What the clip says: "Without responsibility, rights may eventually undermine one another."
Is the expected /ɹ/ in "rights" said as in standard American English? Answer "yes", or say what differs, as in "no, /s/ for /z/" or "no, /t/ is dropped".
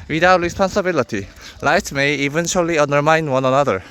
no, /l/ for /ɹ/